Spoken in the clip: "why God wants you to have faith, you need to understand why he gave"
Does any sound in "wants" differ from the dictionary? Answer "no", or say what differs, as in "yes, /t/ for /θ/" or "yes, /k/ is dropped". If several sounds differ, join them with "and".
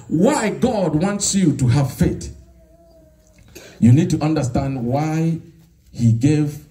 no